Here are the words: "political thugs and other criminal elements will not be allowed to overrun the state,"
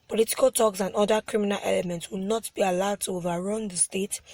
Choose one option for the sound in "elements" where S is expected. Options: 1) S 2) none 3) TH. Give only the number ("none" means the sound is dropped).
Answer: 1